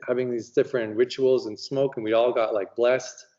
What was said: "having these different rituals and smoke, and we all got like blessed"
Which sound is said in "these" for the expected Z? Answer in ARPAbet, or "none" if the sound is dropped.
Z